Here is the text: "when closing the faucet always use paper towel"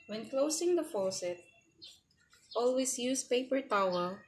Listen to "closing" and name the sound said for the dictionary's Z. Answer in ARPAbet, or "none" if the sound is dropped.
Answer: S